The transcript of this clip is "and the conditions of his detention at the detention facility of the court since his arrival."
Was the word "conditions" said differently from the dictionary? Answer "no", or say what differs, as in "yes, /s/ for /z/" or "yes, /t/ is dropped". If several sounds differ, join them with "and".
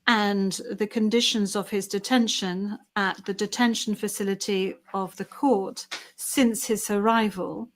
no